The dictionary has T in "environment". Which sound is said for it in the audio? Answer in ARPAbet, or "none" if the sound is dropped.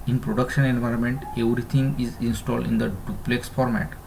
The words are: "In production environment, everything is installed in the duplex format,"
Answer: T